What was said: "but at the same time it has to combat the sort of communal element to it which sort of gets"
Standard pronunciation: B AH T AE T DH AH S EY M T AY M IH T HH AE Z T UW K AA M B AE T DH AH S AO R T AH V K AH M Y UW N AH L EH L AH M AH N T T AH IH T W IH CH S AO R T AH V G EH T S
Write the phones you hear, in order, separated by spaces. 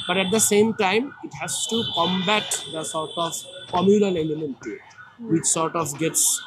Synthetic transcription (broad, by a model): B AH T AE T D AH S EY M T AY M IH T HH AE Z T UW K AA M B AE T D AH S AO R T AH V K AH M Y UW L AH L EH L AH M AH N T T AH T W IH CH S AO R T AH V G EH T S